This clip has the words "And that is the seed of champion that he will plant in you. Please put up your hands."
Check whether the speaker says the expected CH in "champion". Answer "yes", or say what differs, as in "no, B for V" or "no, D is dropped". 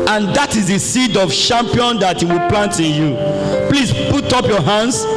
no, SH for CH